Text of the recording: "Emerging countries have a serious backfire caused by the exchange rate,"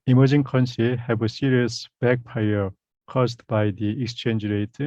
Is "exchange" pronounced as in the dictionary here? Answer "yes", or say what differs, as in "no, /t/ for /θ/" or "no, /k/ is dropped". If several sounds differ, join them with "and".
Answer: yes